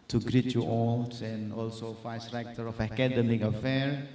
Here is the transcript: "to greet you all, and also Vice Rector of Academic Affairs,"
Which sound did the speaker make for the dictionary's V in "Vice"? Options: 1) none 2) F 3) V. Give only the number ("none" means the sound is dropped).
2